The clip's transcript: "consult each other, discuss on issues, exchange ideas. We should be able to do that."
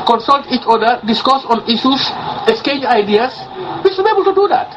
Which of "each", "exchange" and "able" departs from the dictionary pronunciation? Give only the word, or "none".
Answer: exchange